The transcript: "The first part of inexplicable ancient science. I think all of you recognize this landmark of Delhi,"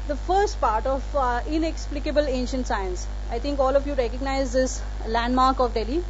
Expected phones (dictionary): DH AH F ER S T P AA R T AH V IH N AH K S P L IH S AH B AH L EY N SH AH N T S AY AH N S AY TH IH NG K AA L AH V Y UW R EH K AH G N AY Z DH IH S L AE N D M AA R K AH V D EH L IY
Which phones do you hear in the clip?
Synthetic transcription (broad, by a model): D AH F ER S T P AA R T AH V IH N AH K S P L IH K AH B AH L EY N SH AH N T S AY AH N S AY T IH NG K AA L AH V Y UW R EH K AH G N AY Z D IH S L AE N D M AA R K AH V D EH L IY